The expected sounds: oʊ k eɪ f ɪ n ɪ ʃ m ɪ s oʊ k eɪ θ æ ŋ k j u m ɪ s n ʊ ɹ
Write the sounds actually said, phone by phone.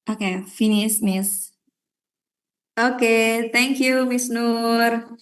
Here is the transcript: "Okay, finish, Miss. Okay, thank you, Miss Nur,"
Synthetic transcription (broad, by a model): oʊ k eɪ f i n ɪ s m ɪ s oʊ k eɪ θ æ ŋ k j u m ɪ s n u ɹ